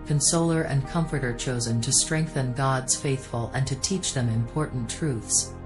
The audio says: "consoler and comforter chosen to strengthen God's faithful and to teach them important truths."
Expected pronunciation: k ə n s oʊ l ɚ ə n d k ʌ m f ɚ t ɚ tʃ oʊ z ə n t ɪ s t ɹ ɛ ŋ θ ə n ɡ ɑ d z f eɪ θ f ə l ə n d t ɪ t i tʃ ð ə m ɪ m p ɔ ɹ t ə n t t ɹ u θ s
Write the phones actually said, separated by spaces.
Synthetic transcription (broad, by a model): k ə n s oʊ l ɚ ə n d k ʌ m f ɚ t ɚ tʃ oʊ z ə n t ɪ s t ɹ ɛ ŋ θ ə n ɡ ɑ d z f eɪ θ f ə l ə n t ɪ t i tʃ ð ə m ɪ m p ɔ ɹ t n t t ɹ u θ s